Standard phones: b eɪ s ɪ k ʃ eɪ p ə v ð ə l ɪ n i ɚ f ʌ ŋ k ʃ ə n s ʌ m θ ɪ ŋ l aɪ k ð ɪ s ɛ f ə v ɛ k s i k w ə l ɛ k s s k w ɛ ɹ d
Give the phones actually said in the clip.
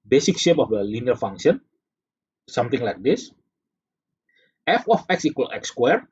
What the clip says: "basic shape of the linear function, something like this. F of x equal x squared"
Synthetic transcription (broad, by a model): b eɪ s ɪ k ʃ eɪ p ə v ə l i n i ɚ f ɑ ŋ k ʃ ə n s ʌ m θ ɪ ŋ l aɪ k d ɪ s ɛ f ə f ɛ k s i k w ə l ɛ k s s k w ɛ ɹ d